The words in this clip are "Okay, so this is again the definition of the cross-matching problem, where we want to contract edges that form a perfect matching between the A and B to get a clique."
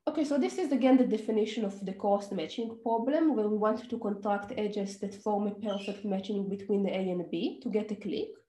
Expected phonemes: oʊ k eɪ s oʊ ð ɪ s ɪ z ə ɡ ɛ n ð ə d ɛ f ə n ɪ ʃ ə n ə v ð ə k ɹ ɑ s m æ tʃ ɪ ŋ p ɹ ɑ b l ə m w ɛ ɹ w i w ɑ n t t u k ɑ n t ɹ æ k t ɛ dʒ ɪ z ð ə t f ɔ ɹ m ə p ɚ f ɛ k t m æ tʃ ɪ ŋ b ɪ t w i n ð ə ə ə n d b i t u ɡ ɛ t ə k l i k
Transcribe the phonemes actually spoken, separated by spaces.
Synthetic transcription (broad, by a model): oʊ k eɪ s oʊ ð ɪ s ɪ z ə ɡ ɛ n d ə d ɛ f ə n ɪ ʃ ə n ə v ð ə k ɑ s m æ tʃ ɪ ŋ p ɹ ɑ b l ə m w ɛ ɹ w i w ɑ n t t u k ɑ n t ɹ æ k t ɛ dʒ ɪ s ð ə t f ɔ ɹ m ə p ɚ f ɛ k t m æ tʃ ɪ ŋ b ɪ t w i n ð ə ə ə n b i t u ɡ ɛ t ə k l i k